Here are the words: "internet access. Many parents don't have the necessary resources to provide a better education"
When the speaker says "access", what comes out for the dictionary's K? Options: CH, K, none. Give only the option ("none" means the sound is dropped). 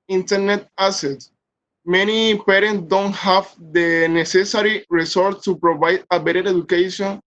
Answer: none